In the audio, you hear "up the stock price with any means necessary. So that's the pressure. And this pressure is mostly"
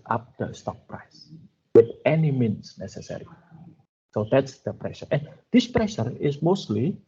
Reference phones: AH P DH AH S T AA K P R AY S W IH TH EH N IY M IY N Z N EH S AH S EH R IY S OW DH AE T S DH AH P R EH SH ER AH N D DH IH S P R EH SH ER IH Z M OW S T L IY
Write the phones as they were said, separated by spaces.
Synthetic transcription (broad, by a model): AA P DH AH S T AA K P R AY S W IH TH EH N IY M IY N S N EH S AH S EH R IY S OW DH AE T S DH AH P R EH SH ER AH N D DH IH S P R EH SH ER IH S M OW S T L IY